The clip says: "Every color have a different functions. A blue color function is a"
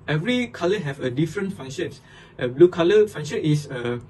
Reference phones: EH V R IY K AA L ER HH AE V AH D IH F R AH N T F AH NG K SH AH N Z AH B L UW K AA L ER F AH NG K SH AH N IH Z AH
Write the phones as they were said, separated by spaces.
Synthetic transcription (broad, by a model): EH V R IY K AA L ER HH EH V AH D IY F R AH N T F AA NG SH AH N S AH B L UW K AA L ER F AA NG SH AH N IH S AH